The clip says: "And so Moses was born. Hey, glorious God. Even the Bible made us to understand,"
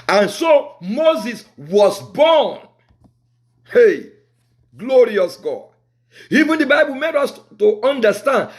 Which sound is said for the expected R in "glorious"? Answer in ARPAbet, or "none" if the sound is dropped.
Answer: R